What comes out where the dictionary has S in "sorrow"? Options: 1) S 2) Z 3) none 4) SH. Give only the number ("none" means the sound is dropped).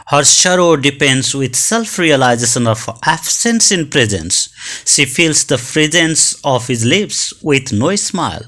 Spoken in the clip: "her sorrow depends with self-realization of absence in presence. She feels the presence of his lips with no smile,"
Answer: 4